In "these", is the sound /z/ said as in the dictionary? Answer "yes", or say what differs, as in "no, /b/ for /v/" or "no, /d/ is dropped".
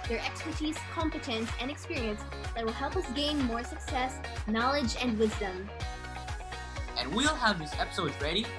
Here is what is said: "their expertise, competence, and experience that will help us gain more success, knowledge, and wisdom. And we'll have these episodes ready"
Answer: no, /s/ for /z/